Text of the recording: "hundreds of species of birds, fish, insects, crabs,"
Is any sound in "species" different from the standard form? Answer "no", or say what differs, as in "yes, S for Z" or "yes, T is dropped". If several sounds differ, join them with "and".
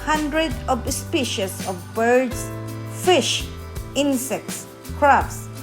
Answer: yes, S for Z